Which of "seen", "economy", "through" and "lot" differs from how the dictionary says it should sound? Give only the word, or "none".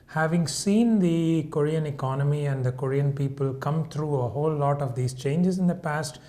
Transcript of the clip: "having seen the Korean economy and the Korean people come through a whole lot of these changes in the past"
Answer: through